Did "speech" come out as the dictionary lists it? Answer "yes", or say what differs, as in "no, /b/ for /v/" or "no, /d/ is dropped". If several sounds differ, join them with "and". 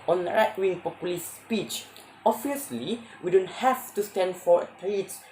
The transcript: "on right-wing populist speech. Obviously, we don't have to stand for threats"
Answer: yes